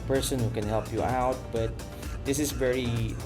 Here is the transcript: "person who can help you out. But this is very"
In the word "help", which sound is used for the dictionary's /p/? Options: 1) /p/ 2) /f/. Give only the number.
1